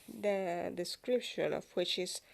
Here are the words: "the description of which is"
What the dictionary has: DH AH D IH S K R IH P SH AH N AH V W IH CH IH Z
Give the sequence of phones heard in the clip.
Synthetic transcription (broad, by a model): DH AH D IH S K R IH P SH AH L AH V W IH CH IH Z